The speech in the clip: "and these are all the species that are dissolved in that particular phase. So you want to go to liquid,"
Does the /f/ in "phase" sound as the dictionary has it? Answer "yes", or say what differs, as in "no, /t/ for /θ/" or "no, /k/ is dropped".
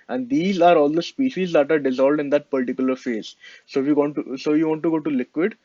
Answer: yes